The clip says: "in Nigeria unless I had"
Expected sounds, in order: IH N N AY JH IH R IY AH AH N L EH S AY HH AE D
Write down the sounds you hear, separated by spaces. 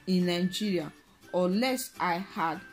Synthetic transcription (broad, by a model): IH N N AY JH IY R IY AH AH L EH S AY HH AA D